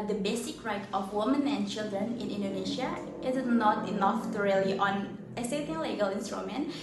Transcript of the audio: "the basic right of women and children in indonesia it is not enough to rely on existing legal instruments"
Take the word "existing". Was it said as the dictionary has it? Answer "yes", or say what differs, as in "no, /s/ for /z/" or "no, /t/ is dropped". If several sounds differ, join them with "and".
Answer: no, /s/ is dropped